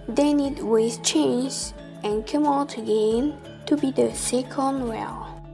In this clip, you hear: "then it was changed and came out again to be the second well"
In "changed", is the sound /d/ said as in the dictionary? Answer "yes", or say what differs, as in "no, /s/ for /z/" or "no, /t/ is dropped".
no, /d/ is dropped